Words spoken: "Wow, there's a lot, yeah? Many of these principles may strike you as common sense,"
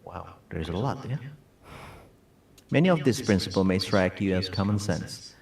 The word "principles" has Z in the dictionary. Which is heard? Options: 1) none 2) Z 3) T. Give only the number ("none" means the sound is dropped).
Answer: 1